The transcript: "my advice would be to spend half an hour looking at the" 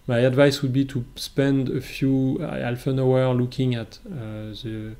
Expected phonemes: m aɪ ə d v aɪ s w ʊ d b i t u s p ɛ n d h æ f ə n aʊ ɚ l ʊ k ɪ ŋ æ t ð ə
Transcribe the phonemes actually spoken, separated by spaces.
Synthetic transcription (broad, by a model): m aɪ ə d v aɪ s w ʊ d b i t u s p ɛ n d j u f ə n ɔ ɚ l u k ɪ ŋ æ t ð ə